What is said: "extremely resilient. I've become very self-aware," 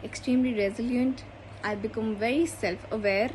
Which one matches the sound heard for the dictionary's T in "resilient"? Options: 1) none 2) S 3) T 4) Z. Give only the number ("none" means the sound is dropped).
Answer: 3